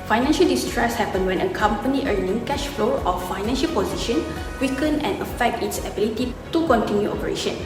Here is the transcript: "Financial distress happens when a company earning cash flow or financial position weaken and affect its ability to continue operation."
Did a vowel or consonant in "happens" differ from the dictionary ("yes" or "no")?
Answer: yes